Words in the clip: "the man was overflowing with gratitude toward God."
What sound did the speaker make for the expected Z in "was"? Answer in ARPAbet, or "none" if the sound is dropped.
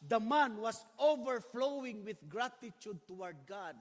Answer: S